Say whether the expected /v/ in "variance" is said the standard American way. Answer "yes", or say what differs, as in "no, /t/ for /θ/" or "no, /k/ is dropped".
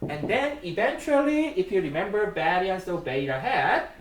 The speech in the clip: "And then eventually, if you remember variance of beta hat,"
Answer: no, /b/ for /v/